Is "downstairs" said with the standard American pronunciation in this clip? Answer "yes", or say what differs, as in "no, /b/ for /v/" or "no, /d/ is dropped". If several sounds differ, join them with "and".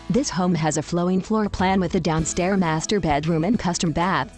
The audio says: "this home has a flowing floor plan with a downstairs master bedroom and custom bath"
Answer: no, /z/ is dropped